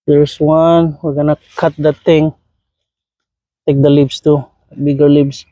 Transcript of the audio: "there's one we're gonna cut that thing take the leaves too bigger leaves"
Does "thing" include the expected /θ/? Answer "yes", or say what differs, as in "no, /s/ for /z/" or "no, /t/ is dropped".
no, /t/ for /θ/